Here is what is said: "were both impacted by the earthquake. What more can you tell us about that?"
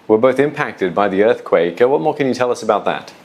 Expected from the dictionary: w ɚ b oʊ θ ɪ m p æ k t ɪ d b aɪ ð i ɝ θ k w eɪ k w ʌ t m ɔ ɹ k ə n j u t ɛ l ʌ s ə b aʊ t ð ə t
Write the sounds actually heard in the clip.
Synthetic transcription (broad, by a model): w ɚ b oʊ θ ɪ m p æ k t ɪ d b aɪ ð i ɝ θ k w eɪ k w ʌ t m ɔ ɹ k ə n j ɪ t ɛ l ʌ s ə b aʊ t ð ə t